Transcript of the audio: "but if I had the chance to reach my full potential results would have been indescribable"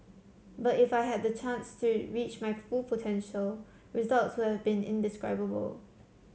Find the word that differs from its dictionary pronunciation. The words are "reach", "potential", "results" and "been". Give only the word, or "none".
none